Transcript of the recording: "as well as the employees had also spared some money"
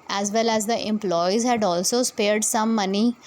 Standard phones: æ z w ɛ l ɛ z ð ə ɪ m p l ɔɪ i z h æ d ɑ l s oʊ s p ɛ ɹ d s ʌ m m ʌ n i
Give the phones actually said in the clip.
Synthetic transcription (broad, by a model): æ z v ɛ l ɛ z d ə ɪ m p l ɔɪ i z h æ d ɑ l s oʊ s p ɛ ɹ d s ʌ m m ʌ n i